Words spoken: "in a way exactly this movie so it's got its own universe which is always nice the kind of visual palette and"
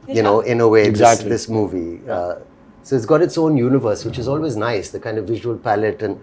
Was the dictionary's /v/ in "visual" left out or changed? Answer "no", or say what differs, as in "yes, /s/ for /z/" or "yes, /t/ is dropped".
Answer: no